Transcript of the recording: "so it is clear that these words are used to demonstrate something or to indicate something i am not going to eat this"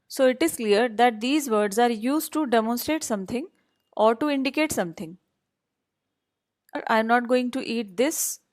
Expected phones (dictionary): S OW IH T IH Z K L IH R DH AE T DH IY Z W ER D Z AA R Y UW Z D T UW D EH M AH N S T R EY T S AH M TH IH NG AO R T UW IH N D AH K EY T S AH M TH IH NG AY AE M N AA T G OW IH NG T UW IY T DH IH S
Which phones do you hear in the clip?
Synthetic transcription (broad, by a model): S OW IH T IH Z K L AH R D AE T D IY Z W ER D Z AA R Y UW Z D T UW D EH M AH N S T R EY T S AH M T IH NG AO R T UW IH N D AH K EY T S AH M T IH NG AY M N AA T G OW IH NG T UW IY T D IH S